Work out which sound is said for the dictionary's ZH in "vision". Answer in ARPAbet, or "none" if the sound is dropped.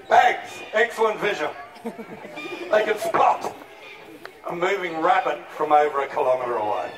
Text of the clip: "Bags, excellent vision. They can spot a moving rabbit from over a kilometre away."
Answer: ZH